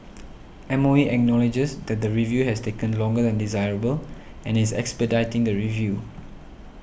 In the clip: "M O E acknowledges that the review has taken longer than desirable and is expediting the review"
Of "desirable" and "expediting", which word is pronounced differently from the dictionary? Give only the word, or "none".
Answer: none